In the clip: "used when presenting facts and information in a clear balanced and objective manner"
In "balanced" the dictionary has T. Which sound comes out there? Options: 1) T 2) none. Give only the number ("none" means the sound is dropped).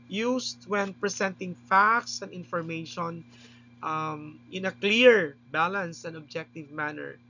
2